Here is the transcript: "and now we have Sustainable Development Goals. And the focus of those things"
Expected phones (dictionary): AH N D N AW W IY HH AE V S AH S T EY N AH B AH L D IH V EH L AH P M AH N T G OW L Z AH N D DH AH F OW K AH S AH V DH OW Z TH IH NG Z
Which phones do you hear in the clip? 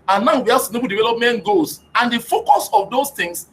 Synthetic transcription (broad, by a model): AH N N AW W IY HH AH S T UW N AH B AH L D IH V EH L AH P M AH N T G OW Z AH N D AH F OW K AH S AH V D OW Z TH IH NG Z